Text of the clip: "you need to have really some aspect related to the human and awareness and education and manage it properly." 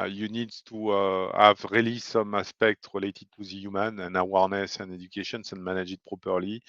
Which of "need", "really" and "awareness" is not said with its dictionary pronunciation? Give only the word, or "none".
none